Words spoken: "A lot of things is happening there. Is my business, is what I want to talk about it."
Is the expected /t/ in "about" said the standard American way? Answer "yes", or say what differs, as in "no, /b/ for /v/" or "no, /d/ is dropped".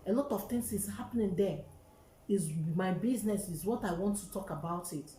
yes